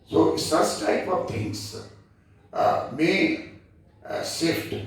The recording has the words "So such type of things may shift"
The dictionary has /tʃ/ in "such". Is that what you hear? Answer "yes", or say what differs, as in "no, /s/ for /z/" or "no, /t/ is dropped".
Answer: no, /s/ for /tʃ/